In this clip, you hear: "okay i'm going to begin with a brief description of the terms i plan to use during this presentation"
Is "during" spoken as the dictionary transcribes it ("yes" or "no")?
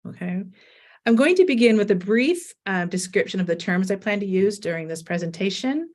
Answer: yes